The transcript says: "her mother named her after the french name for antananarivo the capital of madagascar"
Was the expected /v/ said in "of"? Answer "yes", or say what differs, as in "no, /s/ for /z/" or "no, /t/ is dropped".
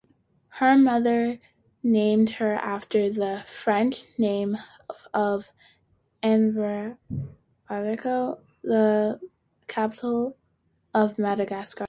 yes